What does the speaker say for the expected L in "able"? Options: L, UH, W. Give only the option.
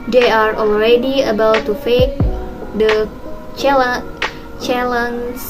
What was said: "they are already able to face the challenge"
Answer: W